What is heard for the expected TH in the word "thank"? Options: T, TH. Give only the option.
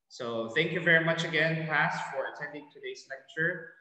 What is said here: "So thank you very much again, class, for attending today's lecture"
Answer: TH